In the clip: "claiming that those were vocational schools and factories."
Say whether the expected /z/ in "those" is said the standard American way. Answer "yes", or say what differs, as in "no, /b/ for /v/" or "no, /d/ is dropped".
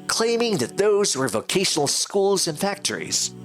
yes